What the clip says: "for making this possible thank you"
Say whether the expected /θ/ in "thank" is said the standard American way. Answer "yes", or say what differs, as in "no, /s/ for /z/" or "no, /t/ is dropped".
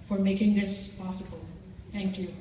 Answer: no, /t/ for /θ/